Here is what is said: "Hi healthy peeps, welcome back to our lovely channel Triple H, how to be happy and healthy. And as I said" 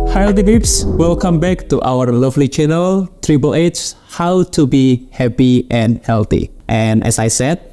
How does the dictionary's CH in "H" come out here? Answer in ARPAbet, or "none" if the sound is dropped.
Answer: S